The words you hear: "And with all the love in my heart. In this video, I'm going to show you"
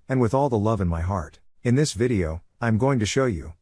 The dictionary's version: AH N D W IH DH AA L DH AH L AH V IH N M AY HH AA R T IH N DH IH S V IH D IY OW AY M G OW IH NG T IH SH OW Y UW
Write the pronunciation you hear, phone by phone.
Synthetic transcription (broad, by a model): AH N W IH DH AA L DH AH L AH V IH N M AY HH AA R T IH N DH IH S V IH D IY OW AY M G OW IH NG T IH SH OW Y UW